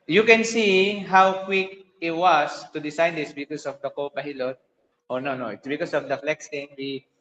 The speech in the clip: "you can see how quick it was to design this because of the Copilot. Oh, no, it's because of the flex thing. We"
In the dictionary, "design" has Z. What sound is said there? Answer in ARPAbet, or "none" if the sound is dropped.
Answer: S